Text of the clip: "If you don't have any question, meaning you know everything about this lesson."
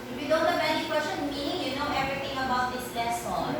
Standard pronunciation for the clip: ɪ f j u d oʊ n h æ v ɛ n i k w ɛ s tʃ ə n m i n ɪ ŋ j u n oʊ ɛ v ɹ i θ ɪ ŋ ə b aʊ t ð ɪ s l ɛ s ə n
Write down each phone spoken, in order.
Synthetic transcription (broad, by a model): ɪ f j u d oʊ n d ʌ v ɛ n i k w ɛ s tʃ ə n m i n ɪ ŋ j u n oʊ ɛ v ɹ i t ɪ ŋ ə b aʊ t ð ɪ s l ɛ s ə